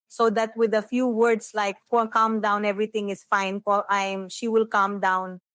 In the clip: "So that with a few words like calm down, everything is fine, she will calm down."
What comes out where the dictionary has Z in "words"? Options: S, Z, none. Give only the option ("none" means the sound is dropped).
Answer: S